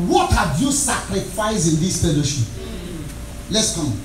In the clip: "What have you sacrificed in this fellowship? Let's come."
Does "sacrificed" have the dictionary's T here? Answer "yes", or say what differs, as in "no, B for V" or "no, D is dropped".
no, T is dropped